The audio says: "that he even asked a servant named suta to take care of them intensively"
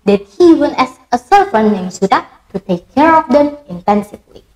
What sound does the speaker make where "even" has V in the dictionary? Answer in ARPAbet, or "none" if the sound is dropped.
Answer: W